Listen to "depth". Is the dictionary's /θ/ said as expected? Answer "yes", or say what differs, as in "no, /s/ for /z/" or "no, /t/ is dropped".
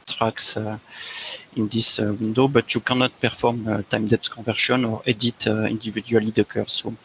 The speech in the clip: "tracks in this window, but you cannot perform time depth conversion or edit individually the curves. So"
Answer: no, /s/ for /θ/